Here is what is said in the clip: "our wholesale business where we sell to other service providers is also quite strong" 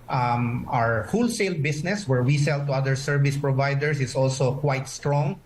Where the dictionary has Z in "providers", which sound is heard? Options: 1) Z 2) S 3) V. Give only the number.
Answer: 2